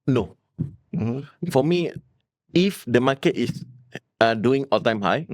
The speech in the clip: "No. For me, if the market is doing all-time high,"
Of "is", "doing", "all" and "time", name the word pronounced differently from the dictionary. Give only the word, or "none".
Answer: is